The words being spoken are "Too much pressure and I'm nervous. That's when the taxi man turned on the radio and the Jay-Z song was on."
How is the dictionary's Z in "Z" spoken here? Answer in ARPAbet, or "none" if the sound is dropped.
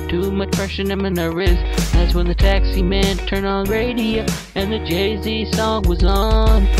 Z